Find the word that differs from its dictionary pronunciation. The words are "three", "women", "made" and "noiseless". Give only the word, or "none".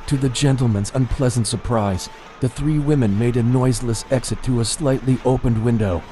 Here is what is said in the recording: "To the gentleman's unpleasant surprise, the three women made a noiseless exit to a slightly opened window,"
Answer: none